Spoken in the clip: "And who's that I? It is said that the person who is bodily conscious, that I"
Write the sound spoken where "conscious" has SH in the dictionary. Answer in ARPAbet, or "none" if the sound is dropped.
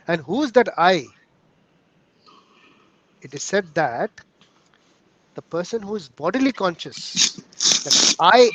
SH